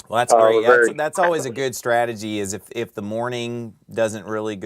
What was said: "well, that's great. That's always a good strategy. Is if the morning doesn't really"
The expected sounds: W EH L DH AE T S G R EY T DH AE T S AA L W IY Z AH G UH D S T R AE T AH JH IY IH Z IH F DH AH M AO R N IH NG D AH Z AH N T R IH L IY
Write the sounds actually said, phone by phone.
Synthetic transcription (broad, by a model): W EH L DH AE T S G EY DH DH AE T S AA L W IY Z AH G UH D S T R AE T AH JH IY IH Z IH F DH AH M AO R N IH NG D AH Z AH N T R IH L IY